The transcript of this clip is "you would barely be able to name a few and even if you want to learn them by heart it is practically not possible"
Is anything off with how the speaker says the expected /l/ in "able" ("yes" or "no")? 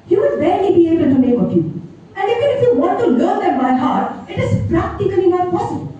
yes